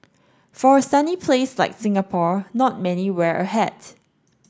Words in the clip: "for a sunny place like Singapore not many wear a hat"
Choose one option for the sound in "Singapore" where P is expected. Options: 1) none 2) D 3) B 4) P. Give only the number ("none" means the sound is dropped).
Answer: 4